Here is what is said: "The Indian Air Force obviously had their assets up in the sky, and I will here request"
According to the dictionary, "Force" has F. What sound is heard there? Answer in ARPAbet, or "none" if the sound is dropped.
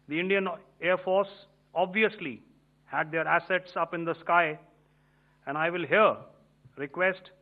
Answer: F